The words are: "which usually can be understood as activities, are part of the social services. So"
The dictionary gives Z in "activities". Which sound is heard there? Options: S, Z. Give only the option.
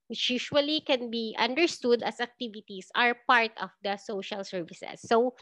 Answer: S